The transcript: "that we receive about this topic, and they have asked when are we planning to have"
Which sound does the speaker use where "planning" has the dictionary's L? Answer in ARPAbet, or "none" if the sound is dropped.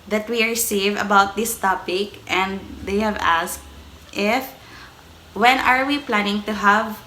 L